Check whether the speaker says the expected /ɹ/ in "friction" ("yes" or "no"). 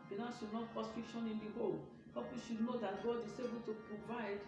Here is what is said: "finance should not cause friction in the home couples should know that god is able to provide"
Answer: no